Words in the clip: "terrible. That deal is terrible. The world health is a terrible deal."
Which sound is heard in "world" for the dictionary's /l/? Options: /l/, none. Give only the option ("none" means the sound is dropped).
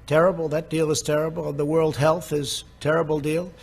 /l/